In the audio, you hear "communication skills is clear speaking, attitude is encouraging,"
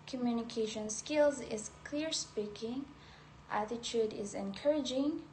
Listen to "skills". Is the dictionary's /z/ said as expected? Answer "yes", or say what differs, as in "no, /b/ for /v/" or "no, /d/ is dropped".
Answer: yes